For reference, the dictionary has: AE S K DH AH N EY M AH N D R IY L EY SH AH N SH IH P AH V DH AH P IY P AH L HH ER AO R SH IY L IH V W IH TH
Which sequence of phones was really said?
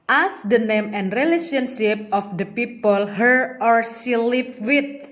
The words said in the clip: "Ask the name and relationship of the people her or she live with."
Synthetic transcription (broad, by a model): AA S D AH N EY M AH N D R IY L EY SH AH N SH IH P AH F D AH P IY P AH L HH ER AO R S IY L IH P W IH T